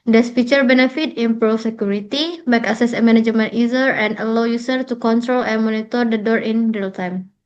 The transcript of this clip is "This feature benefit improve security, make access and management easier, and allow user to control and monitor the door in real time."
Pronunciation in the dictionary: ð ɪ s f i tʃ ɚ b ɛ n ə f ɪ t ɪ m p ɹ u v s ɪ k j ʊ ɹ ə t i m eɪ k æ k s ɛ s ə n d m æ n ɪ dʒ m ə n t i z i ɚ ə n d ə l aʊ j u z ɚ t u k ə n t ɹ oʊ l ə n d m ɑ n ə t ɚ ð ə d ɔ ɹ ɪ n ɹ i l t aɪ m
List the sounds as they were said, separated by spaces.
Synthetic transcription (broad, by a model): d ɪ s f i tʃ ɚ b ɛ n ə f ɪ t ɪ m p ɹ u f s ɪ k j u ɹ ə t i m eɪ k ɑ s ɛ s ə m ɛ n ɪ dʒ m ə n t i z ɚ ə n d ə l aʊ j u s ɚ t u k ə n t ɹ oʊ l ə n m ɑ n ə t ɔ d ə d ɔ ɹ ɪ n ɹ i l t aɪ m